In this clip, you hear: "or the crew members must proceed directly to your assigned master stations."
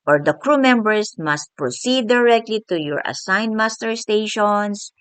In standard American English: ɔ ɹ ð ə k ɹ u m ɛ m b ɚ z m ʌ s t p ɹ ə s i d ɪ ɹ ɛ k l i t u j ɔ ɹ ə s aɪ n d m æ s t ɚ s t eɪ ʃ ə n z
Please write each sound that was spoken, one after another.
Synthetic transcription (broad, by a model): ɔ ɹ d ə k ɹ u m ɛ m b ɚ s m ʌ s t p ɹ ə s i d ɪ ɹ ɛ k l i t u j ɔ ɹ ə s aɪ n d m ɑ s t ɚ s t eɪ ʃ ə n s